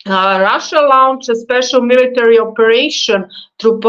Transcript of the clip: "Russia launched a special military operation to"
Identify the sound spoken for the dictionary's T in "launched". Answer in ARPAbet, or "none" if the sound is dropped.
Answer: none